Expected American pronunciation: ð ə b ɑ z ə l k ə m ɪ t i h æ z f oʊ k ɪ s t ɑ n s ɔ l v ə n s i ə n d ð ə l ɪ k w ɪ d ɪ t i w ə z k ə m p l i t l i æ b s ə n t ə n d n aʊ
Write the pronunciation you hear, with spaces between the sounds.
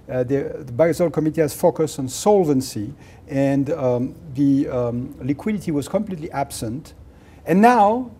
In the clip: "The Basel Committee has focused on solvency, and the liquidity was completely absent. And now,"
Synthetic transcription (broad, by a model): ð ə b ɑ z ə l k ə m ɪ t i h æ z f oʊ k ɪ s t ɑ n s ɔ l v ə n s i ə n ð ə l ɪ k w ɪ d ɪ t i w ə z k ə m p l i t l i æ b s ə n t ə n n aʊ